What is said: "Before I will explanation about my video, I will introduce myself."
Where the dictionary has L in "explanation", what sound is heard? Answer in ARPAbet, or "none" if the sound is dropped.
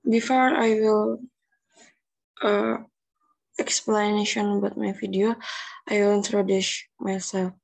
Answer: L